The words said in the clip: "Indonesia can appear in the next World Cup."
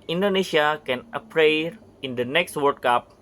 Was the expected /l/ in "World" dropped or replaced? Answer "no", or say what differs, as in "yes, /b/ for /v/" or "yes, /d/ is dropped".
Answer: yes, /l/ is dropped